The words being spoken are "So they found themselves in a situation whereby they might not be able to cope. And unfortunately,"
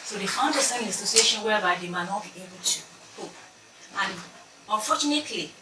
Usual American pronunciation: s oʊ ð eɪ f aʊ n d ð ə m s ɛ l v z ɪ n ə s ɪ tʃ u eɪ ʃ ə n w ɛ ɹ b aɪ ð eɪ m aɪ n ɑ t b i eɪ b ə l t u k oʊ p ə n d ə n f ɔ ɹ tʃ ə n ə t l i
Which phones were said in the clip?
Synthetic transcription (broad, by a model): s oʊ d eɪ f aʊ n d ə s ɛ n ə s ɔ s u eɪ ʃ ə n w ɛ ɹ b aɪ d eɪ m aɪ n ɑ t b i eɪ b ə l t u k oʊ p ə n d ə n f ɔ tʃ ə n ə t l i